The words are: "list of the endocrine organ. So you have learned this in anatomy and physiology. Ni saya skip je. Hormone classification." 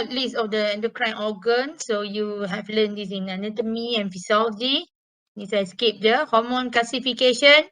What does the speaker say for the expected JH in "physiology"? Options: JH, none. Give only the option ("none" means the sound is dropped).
none